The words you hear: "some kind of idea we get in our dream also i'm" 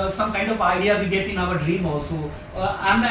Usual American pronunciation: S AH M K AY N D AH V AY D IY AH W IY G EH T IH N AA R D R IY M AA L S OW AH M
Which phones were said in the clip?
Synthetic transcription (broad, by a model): S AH M K AY N D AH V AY D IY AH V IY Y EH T IH N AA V D R IY M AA S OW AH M